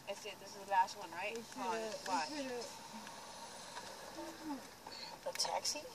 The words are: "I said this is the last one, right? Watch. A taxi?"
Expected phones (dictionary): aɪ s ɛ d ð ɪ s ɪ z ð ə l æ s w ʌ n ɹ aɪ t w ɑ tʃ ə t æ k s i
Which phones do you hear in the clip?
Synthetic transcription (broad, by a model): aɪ s ɛ d ð ɪ s ɪ z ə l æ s w ʌ n ɹ aɪ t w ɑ ə t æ k s i